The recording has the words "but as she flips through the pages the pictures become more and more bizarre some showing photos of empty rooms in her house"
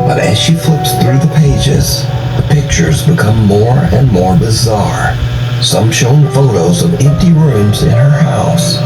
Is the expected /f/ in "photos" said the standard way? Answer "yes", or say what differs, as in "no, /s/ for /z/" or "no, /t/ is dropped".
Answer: yes